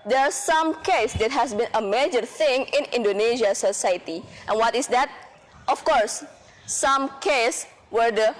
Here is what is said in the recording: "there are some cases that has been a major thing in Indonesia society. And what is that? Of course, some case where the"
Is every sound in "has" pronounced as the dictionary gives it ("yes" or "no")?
no